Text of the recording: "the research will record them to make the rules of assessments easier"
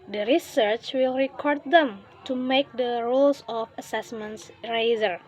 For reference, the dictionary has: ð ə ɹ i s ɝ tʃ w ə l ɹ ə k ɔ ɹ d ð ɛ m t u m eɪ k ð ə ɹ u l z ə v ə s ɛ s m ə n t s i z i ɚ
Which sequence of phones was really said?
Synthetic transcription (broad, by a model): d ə ɹ i s ɝ tʃ w ə l ɹ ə k ɔ ɹ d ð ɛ m t u m eɪ k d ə ɹ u l s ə f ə s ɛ s m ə n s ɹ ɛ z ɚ